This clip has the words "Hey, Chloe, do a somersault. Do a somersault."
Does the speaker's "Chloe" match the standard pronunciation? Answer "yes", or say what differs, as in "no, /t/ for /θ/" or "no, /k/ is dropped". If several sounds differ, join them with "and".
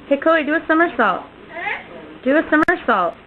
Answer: no, /l/ is dropped